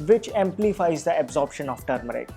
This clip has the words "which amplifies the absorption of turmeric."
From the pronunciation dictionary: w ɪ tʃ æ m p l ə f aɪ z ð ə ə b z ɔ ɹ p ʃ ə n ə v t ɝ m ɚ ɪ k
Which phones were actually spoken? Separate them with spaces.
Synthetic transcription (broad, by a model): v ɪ tʃ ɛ m p l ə f aɪ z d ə ə b z ɔ ɹ p ʃ ə n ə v t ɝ m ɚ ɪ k